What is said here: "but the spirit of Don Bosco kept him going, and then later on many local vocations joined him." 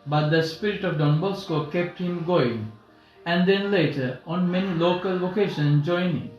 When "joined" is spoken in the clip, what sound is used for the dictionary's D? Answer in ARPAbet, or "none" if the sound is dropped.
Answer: none